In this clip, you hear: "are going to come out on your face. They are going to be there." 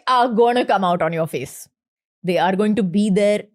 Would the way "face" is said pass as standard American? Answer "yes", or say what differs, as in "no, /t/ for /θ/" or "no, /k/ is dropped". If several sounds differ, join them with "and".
yes